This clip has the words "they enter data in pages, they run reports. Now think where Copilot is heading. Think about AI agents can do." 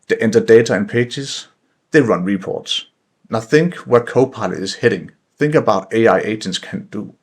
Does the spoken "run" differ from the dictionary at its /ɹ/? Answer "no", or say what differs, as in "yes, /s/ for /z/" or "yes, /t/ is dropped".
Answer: no